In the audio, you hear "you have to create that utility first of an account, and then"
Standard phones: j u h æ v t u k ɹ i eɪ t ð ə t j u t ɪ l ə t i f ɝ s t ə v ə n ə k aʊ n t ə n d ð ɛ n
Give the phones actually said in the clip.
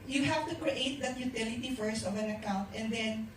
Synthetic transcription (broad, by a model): j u h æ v t u k ɹ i eɪ t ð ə t j u t ɪ l ə t i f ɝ s ə v ə n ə k aʊ n t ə n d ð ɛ n